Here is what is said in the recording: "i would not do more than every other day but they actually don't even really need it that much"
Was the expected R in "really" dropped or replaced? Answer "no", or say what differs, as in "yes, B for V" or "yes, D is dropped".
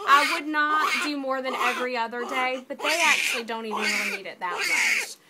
yes, W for R